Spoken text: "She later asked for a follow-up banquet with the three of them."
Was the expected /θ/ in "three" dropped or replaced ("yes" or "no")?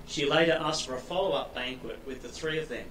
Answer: no